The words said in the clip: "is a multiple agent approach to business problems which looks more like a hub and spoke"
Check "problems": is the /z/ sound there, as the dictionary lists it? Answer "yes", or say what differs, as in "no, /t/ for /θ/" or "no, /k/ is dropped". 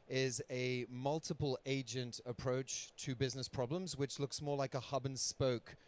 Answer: yes